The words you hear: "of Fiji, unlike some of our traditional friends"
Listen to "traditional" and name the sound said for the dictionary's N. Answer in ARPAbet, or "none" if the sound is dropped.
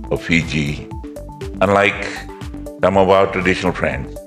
N